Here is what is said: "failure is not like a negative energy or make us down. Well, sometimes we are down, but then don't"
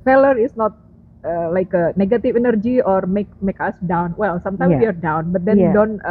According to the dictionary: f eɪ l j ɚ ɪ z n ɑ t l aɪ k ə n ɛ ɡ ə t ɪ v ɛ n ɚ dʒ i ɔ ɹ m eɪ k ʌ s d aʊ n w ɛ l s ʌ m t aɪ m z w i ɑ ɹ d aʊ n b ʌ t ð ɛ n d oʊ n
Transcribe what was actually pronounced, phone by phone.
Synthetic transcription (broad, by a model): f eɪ l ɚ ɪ s n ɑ t l aɪ k ə n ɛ ɡ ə t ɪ f ɛ n ɚ dʒ i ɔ ɹ m eɪ k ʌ s d aʊ n w ɛ l s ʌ m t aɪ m w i ɑ ɹ d aʊ n b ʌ t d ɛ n d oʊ n